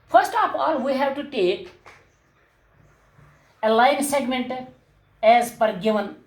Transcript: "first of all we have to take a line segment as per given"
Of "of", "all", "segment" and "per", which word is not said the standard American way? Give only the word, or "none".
of